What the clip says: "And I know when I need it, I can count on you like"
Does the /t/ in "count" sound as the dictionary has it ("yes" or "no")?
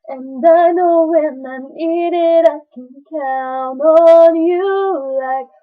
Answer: no